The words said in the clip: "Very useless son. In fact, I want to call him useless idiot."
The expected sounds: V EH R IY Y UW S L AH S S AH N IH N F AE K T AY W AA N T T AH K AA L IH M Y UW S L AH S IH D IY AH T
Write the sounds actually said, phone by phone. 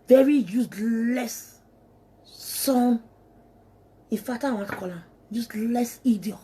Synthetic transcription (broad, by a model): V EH R IY Y UW S L AH S S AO N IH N F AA T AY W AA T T K AA L IH M Y UW S L AH S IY D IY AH